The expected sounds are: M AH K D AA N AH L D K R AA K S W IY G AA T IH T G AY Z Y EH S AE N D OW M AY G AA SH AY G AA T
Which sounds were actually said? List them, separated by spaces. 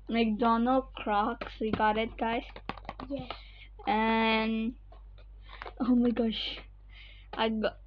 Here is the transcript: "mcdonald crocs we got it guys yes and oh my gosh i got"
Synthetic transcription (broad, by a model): M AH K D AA N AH K R AA K S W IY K AA T IH T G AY S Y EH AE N OW M AY G AA SH AY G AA